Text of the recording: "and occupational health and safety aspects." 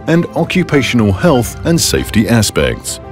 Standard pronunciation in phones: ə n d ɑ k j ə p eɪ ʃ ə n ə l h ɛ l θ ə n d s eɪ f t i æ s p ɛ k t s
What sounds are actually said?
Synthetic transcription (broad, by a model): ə n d ɑ k j ə p eɪ ʃ ə n ə l h ɛ l θ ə n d s eɪ f t i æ s p ɛ k t s